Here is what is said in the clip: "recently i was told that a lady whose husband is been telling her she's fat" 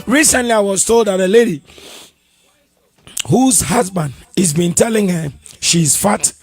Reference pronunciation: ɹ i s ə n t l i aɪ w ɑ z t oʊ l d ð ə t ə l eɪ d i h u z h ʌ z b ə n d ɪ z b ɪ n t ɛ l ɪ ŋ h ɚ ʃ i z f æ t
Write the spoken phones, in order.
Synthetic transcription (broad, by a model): ɹ i s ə n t l i aɪ w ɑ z t oʊ l d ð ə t ə l eɪ d i h u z h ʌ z b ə n d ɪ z b ɪ n t ɛ l ɪ ŋ h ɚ ʃ i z f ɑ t